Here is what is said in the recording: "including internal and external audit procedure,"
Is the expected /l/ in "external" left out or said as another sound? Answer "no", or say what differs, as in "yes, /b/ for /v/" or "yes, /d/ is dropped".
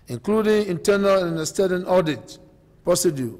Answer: yes, /n/ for /l/